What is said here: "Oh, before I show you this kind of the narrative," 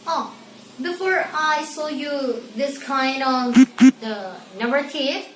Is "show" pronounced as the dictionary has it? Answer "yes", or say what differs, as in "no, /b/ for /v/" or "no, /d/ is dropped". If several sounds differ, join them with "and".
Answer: no, /s/ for /ʃ/